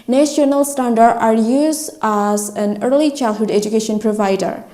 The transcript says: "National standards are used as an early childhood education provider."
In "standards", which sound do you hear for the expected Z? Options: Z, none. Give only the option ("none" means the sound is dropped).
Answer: none